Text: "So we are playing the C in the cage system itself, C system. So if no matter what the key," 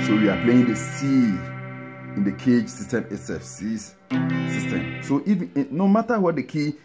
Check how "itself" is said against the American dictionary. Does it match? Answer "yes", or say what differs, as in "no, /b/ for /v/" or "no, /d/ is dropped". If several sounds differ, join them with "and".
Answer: no, /l/ is dropped